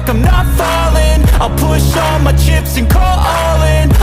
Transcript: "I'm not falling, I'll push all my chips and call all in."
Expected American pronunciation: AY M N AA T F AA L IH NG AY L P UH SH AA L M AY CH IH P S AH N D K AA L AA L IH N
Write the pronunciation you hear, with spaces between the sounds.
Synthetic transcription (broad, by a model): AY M N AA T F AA L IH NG AY L P UH SH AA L M AY CH IH P S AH N K AA L AA L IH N